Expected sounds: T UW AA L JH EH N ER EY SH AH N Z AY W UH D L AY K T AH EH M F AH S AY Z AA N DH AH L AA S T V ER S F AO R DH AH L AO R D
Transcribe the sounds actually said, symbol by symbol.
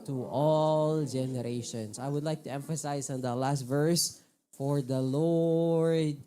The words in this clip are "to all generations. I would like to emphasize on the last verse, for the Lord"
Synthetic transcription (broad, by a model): T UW AA L JH EH N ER EY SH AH N S AY W UH D L AY K T AH EH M F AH S AY S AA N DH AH L AA S T V ER S F AO R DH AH L AO R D